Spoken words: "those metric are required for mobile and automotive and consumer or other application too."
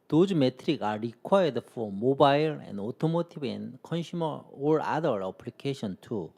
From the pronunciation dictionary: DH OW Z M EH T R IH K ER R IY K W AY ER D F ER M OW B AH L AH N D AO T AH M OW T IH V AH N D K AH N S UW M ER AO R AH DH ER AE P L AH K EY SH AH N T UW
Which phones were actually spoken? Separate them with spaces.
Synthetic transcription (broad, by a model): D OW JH M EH T R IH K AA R IY K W AY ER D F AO M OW B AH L AH N D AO T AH M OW T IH B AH N K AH N SH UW M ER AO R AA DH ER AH P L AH K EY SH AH N T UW